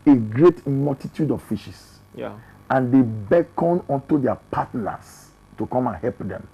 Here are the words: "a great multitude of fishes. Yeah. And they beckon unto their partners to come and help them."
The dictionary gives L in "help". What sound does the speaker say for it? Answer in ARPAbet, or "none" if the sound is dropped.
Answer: L